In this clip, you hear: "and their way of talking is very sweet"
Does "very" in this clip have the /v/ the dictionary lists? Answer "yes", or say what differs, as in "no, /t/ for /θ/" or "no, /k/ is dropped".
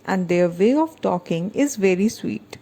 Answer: yes